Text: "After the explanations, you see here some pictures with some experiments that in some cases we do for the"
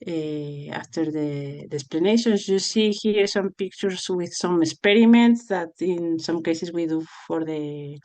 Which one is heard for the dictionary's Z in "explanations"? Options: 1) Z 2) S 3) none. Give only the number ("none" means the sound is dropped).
2